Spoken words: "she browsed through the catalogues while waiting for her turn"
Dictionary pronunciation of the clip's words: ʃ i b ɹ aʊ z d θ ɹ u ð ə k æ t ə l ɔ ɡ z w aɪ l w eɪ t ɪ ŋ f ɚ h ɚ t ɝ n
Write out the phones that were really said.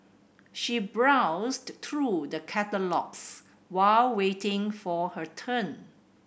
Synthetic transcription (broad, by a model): ʃ i b ɹ aʊ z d t ɹ u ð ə k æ t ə l ɔ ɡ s w aɪ l w eɪ t ɪ ŋ f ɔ h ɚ t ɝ n